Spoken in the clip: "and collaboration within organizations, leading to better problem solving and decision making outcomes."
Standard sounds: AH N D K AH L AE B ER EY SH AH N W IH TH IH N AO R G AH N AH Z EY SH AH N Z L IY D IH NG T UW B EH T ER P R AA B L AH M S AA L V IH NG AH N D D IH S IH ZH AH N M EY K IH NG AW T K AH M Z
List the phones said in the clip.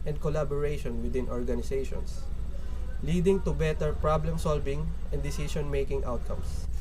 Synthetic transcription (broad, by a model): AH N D K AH L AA B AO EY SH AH N W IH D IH N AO R G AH N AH S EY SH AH N S L IY D IH NG T UW B EH T ER P R AA B L AH M S AA L V IH NG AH N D D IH S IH SH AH N M EY K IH NG AW T K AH M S